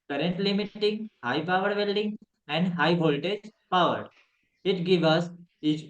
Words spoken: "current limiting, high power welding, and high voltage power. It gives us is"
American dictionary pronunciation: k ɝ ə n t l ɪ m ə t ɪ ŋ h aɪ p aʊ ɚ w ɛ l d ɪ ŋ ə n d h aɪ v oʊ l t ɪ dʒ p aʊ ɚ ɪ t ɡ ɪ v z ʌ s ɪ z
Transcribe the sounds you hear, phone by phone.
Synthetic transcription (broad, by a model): k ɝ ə n t l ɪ m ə t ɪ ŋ h aɪ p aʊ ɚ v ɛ l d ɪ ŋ ə n d h aɪ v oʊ l t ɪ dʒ p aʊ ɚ ɪ t ɡ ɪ v ʌ s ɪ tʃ